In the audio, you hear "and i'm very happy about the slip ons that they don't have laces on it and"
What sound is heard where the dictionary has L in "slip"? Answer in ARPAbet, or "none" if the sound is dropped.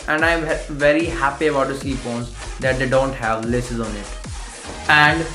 none